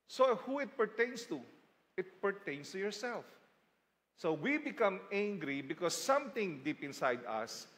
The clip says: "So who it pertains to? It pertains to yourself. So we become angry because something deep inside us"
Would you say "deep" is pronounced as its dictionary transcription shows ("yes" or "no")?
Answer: yes